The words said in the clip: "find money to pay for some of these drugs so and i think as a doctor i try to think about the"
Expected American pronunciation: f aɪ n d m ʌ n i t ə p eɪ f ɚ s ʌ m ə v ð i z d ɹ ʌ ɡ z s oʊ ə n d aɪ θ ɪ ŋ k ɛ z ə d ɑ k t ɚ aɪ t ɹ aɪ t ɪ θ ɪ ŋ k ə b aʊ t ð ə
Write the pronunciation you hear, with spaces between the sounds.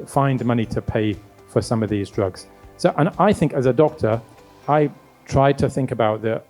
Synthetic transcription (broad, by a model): f aɪ n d m ʌ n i t ə p eɪ f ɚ s ʌ m ə v ð i z d ɹ ʌ ɡ z s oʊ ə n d aɪ θ ɪ ŋ k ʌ z ə d ɑ k t ɚ aɪ t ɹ aɪ t ɪ θ ɪ ŋ k ə b aʊ t ð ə